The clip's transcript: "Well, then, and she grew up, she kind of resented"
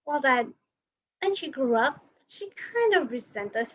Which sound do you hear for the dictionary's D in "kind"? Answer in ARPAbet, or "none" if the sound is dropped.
D